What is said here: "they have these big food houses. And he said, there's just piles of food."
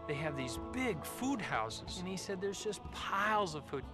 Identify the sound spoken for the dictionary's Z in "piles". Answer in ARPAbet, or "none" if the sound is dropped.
Z